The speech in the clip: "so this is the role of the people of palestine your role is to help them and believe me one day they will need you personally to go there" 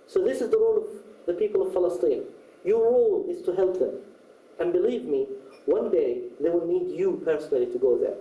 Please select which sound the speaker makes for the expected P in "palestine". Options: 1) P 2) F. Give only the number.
2